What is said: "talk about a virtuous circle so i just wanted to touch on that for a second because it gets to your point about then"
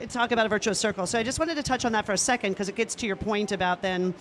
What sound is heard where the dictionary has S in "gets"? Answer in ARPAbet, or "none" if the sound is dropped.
S